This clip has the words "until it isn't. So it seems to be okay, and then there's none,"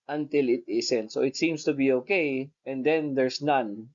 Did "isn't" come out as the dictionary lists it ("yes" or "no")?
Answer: no